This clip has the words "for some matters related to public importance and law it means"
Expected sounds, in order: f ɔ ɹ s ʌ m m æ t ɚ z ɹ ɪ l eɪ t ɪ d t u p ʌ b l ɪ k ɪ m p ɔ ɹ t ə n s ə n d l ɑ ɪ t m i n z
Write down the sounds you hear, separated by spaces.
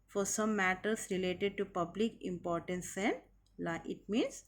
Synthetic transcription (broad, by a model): f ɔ ɹ s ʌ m m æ t ɚ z ɹ ɪ l eɪ t ɪ d t u p ʌ b l ɪ k ɪ m p ɔ ɹ t ə n s ə n d l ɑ ɪ t m i n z